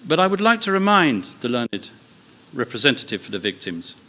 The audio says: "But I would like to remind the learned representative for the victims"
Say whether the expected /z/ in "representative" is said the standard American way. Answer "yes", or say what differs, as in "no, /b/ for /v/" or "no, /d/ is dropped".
yes